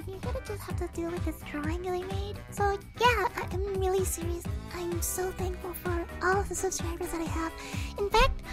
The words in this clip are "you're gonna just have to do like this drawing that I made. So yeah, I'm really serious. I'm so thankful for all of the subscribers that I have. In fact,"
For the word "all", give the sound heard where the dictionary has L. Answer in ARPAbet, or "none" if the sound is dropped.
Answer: L